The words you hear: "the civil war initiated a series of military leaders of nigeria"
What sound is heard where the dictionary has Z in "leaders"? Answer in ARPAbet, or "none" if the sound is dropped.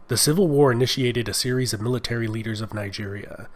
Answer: Z